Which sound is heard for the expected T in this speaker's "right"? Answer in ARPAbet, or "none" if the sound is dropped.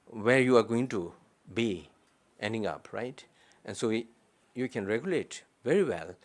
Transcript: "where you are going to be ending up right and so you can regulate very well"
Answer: T